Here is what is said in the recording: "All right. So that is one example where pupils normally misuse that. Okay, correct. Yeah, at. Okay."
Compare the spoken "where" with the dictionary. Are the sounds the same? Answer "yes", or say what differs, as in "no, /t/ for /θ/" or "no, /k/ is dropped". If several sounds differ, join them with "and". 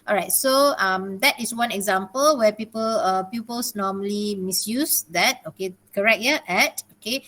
no, /l/ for /ɹ/